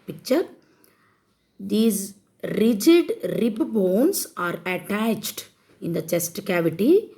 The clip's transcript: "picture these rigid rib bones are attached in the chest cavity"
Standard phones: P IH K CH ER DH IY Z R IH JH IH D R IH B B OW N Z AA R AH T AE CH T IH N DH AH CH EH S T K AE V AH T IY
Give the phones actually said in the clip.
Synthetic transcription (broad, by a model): P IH K CH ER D IY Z R IH JH IH D R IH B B OW N S AA R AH T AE CH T IH N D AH CH EH S T K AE V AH T IY